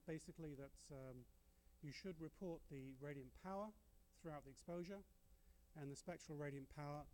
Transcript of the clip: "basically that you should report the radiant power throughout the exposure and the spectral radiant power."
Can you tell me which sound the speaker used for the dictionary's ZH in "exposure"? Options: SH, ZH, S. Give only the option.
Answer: ZH